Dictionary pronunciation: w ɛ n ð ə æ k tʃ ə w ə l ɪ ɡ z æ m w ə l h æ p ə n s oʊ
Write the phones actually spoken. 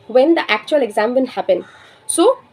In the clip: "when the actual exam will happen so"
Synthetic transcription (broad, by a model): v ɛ n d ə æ k tʃ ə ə l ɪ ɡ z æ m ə n h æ p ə n s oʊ